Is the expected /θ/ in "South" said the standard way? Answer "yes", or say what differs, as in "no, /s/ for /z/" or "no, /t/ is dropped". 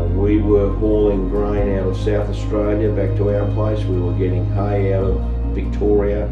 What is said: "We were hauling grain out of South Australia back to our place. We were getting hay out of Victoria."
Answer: yes